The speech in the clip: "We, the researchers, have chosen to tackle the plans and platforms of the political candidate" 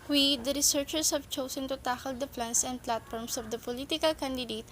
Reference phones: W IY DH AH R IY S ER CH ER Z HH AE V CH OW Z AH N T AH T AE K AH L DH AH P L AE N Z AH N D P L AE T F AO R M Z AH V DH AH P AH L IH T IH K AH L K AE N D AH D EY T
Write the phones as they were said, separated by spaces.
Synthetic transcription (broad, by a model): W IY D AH R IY S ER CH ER S HH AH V CH OW S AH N T AH T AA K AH L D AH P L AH N S AH N D P L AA T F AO R M S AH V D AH P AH L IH T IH K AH L K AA N D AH D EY T